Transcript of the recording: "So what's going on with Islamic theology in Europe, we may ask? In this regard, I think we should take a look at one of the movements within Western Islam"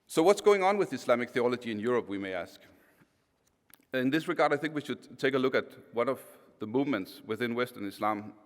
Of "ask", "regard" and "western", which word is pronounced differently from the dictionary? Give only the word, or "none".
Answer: none